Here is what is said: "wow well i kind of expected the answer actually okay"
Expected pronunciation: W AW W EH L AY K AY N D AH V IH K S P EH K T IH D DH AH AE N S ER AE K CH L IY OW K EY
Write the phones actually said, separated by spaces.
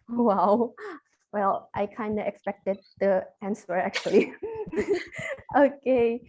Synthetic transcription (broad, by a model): W AW W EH L AY K AY N D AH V IH K S P EH K T IH D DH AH AE N S ER AE K CH L IY OW K EY